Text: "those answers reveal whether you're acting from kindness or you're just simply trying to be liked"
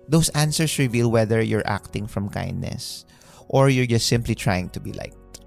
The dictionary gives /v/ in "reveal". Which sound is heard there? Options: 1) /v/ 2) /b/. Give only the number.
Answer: 1